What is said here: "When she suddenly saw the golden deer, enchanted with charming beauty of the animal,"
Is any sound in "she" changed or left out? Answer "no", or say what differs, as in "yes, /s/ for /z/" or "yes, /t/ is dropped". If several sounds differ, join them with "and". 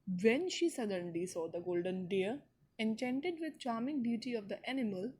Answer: no